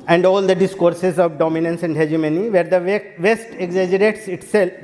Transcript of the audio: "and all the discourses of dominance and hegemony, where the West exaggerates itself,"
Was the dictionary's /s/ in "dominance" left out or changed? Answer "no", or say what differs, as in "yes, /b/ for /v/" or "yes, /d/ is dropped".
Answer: no